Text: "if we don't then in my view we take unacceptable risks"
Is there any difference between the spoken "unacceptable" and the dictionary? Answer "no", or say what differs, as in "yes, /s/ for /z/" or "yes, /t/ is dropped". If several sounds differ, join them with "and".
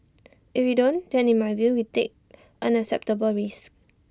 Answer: yes, /k/ is dropped